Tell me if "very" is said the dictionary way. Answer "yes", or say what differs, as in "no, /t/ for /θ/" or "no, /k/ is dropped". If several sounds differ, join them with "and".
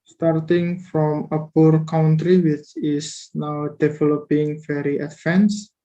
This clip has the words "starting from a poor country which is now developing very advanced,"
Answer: no, /f/ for /v/